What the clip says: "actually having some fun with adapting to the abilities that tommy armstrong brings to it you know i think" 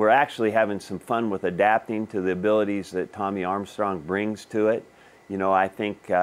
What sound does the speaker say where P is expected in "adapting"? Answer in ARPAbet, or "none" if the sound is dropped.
P